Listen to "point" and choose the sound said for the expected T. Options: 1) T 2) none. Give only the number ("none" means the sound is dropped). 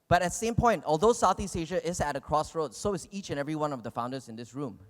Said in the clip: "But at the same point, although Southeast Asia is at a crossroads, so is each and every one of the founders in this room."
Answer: 1